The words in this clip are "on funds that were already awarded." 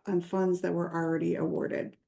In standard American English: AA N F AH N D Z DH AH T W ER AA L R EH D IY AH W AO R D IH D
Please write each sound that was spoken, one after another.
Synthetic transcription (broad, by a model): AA N F AH N D Z DH AH T W ER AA L R EH D IY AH W AO R D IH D